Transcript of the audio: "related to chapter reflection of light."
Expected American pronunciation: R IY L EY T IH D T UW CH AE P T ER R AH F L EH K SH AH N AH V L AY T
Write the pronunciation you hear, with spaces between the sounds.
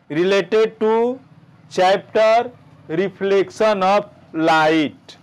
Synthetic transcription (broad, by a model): R IY L EY T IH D T UW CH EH P T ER R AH P L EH K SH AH N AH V L AY T